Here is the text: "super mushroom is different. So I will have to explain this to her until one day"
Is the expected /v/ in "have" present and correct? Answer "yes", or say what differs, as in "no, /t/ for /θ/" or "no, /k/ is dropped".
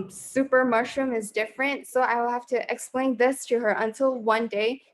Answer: no, /f/ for /v/